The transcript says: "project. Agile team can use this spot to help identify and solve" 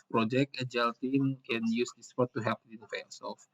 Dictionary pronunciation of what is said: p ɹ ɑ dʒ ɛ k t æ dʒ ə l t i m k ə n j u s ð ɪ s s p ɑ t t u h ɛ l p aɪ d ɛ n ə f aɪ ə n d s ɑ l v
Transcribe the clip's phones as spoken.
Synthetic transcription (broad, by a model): p ɹ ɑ dʒ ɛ k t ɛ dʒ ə l t i m k ə n j u s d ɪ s s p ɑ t t u h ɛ p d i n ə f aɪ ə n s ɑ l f